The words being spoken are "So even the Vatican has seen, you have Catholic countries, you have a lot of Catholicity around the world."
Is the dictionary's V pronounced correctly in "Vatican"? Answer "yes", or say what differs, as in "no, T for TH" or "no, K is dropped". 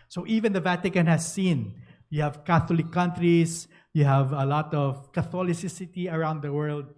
yes